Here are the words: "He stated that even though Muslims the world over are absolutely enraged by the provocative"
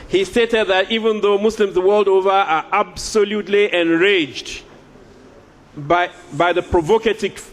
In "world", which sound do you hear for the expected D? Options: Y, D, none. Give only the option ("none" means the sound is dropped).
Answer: D